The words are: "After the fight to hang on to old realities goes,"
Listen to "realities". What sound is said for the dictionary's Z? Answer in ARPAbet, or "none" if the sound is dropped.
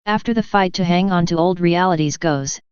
Z